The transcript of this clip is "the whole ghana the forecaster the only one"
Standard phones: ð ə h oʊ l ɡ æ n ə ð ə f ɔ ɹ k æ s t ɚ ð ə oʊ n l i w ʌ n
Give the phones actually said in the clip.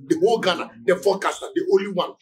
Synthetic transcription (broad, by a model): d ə h oʊ l ɡ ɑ n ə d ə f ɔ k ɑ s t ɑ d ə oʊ l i w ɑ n